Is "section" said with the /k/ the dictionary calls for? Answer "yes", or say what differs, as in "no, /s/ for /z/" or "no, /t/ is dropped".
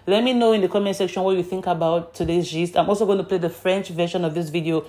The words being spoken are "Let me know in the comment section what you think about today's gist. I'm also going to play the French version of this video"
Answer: yes